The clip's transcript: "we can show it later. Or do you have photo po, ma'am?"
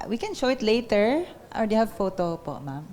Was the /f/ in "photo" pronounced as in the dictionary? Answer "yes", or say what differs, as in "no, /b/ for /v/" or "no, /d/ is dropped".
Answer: yes